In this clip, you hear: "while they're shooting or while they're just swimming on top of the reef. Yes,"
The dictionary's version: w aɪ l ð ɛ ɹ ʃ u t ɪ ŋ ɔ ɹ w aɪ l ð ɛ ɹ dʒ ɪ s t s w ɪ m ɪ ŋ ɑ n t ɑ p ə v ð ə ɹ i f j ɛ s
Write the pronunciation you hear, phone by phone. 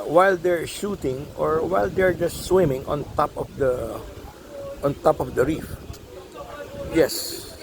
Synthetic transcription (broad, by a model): w aɪ l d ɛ ɹ ʃ u t ɪ ŋ ɔ ɹ w aɪ l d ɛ ɹ dʒ ɪ s t s w ɪ m ɪ ŋ ɑ n t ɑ p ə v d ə ɹ i f j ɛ s